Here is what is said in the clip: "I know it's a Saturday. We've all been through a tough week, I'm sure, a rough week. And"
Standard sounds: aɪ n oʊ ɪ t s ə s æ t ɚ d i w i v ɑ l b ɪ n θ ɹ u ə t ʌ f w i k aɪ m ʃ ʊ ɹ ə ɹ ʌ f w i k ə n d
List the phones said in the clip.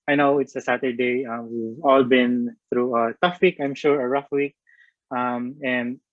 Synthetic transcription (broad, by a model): aɪ n oʊ ɪ t s ə s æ t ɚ d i w i v ɑ l b ɪ n θ ɹ u ə t ʌ f w i k aɪ m ʃ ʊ ɹ ə ɹ ʌ f w i k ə n d